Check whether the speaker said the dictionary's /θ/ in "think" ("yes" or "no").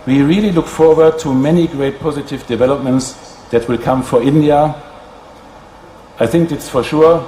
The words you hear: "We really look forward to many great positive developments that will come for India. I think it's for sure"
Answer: yes